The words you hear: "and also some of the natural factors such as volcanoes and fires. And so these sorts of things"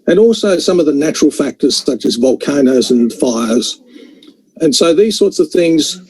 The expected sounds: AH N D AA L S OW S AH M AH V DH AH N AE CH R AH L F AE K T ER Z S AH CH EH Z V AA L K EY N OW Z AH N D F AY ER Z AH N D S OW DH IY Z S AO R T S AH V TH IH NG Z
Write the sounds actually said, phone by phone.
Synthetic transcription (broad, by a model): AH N AA L S OW S AH M AH V DH AH N AE CH R L F AE K T ER Z S AH CH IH Z V AA L K EY N OW Z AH N F AY ER Z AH N S OW DH IY Z S AO R T S AH V TH IH NG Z